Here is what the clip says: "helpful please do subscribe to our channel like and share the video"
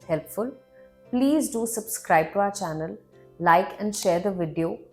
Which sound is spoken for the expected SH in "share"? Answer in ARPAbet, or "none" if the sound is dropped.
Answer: SH